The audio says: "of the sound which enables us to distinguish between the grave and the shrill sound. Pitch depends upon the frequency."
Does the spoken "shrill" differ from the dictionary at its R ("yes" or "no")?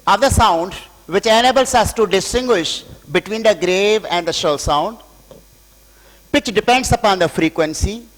yes